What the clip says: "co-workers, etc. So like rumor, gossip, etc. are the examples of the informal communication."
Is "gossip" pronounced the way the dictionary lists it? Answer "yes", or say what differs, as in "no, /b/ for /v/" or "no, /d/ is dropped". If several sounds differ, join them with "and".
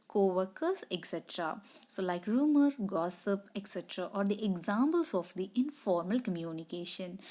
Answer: yes